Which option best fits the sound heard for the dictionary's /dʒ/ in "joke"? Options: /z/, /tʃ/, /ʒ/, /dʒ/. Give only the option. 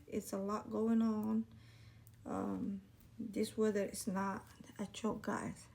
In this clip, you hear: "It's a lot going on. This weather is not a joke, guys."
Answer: /tʃ/